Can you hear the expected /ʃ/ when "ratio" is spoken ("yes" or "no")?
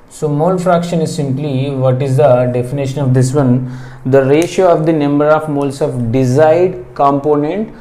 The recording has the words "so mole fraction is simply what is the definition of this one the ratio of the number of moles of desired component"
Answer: yes